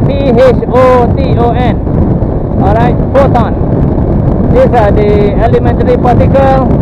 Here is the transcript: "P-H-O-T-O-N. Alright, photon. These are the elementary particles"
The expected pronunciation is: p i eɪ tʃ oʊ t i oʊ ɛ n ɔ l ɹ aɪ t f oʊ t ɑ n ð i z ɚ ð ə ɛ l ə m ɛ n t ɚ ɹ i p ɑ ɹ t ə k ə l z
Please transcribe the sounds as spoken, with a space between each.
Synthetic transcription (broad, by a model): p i eɪ tʃ oʊ t i oʊ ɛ n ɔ ɹ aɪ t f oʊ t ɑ n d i s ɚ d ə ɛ l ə m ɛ n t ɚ ɹ i p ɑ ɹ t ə k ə l